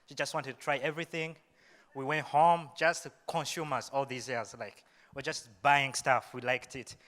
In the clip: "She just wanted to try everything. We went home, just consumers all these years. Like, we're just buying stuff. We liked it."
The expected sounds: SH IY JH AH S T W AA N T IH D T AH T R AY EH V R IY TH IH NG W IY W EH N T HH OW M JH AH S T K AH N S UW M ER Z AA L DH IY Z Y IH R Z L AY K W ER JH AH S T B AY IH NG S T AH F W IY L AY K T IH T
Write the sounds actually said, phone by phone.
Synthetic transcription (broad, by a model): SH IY JH AH S T W AA N T IH D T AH T R AY EH V R IY TH IH NG W IY W EH N T HH OW M JH AH S T K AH N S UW M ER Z AA L DH IY Z Y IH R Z L AY K W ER JH AH S T B AY IH NG S T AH F W IY L AY K T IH T